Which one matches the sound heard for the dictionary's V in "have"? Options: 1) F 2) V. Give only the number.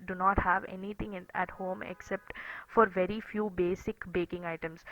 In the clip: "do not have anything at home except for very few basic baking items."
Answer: 2